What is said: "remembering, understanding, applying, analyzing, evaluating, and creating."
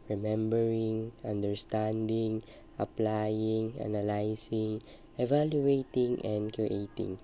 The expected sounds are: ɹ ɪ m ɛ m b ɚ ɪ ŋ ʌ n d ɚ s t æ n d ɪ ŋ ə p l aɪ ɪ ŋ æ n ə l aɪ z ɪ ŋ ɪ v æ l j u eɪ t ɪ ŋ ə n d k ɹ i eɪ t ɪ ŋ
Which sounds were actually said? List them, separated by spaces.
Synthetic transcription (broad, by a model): ɹ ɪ m ɛ m b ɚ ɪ ŋ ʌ n d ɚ s t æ n d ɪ ŋ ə p l aɪ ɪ ŋ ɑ n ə l aɪ s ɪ ŋ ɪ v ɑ l j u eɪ t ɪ ŋ ə n d k ɹ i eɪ t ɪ ŋ